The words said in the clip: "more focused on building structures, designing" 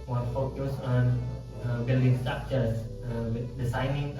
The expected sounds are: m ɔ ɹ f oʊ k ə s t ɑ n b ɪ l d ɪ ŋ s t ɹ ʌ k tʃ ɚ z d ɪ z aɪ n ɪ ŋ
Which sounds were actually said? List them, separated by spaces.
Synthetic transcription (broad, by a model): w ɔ f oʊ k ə s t ɑ n b ɪ l d ɪ ŋ s t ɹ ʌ k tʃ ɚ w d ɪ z aɪ n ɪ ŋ